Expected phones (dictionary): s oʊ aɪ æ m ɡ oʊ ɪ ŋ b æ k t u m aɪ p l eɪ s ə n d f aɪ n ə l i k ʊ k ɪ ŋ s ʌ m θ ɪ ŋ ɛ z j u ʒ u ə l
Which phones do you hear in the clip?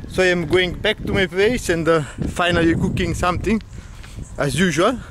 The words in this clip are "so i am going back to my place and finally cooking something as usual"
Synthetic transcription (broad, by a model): s oʊ aɪ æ m ɡ oʊ ɪ ŋ b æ k t u m aɪ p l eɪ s ə n d f aɪ n ə l i k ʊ k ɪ ŋ s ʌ m t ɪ ŋ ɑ z j u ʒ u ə l